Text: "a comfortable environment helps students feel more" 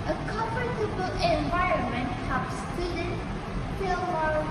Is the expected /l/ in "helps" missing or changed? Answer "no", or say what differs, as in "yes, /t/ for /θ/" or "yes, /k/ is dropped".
yes, /l/ is dropped